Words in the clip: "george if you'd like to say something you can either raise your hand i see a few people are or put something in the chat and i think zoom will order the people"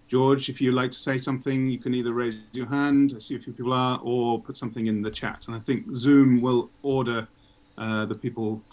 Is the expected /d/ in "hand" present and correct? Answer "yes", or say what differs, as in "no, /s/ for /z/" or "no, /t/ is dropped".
yes